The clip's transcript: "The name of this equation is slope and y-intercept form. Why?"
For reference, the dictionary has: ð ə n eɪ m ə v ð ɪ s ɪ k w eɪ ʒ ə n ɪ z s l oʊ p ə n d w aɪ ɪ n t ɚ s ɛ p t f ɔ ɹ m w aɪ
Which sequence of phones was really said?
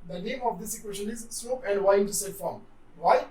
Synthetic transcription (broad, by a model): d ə n eɪ m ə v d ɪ s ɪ k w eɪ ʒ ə n ɪ z s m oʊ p ə n d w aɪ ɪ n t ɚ s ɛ t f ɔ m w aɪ